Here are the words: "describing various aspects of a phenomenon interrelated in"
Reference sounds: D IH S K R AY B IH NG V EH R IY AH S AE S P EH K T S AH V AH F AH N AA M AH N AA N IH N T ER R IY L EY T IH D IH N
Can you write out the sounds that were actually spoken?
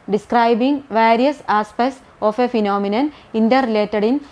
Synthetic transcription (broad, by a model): D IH S K R AY B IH NG V EH R IY AH S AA S P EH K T S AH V AH F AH N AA M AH N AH N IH N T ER R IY L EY T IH D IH N